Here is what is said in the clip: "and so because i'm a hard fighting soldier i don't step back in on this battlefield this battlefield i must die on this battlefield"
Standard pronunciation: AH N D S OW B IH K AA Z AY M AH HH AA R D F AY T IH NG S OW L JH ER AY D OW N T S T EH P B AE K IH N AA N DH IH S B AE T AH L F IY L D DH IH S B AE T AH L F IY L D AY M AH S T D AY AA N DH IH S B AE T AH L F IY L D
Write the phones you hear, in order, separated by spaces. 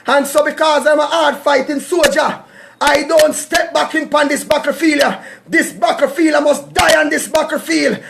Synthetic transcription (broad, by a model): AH N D S OW B IH K AA Z AY M AH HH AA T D F AY T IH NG S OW JH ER AY D OW N T S T EH P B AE K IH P AA N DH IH S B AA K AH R F IY L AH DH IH S B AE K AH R F IY L AY M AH S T D AY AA N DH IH S B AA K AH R F IY L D